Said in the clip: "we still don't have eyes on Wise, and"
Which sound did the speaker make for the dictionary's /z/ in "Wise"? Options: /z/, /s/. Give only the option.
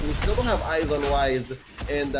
/z/